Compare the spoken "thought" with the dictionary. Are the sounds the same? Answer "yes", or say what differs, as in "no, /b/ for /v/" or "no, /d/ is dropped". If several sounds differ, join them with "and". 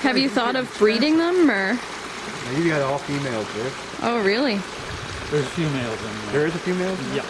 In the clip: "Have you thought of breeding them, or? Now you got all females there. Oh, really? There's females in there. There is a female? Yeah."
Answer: yes